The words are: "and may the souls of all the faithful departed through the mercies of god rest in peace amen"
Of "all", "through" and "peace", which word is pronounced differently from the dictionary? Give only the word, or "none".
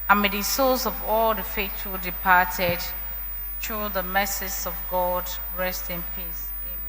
through